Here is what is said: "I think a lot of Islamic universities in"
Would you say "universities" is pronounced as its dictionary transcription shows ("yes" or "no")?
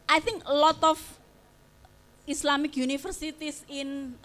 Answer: no